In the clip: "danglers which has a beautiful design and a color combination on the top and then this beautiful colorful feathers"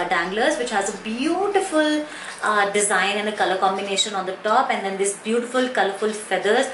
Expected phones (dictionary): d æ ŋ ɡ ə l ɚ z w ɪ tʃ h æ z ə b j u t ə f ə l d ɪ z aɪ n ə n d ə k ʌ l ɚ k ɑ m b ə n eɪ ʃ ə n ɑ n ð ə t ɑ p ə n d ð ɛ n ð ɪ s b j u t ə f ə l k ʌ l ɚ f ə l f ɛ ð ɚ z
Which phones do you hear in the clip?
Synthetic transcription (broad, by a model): d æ ŋ ɡ l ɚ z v ɪ tʃ h æ z ə b j u t ə f ə l d ɪ z aɪ n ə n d ə k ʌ l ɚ k ɑ m b ə n eɪ ʃ ə n ɑ n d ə t ɑ p ə n d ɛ n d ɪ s b j u t ə f ə l k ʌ l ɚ f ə l f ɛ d ɚ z